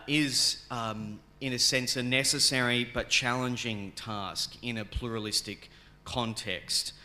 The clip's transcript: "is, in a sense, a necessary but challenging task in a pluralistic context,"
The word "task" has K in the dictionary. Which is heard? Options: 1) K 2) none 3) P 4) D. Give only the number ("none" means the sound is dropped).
1